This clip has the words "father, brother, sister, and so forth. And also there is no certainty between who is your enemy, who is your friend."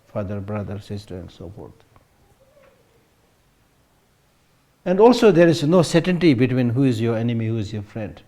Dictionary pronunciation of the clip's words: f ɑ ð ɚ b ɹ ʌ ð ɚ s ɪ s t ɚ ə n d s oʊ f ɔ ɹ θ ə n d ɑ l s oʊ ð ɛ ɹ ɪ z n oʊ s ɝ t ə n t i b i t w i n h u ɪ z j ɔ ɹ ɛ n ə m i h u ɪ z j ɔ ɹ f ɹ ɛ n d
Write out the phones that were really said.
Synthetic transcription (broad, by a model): f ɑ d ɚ b ɹ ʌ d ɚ s ɪ s t ɚ ə n d s oʊ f ɔ ɹ t ə n d ɑ l s oʊ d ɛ ɹ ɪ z n oʊ s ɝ t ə n t i b i t w i n h u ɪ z j ɔ ɹ ɛ n ə m i h u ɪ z j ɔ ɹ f ɹ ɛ n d